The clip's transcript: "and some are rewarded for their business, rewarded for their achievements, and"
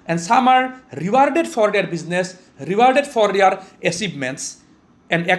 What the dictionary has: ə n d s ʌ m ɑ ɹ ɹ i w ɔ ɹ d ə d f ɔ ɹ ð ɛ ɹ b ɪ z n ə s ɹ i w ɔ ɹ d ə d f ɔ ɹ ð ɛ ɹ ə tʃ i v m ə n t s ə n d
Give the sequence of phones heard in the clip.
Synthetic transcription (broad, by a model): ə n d s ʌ m ɑ ɹ ɹ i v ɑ ɹ d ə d f ɔ ɹ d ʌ ɹ b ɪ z n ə s ɹ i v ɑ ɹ d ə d f ɔ ɹ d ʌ ɹ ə s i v m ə n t s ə n d